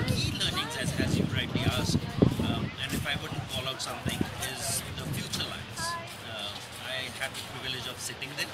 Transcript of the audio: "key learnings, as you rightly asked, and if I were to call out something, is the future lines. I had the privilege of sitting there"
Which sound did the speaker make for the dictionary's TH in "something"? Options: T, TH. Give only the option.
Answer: T